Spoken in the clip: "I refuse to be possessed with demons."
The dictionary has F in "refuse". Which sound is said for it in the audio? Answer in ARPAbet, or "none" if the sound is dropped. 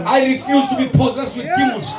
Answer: F